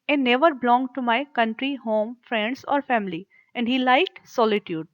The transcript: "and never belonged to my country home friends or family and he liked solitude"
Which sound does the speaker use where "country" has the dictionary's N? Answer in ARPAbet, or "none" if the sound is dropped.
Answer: N